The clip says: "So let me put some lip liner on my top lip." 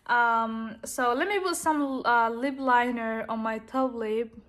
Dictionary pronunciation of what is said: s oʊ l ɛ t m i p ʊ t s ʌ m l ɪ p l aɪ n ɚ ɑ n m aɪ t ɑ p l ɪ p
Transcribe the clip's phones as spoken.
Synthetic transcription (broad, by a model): s oʊ l ɛ t m i p ʊ t s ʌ m l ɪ b l aɪ n ɚ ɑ n m aɪ t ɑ b l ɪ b